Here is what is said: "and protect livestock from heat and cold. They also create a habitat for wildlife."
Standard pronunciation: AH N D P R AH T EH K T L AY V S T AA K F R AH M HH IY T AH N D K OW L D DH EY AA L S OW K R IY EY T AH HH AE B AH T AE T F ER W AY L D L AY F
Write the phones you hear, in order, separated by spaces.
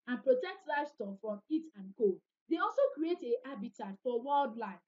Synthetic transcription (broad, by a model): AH N P R AH T EH K T L AY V S T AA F R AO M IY T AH N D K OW D EY AA L S OW K R IY EY T AH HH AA B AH T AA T F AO W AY L D L AY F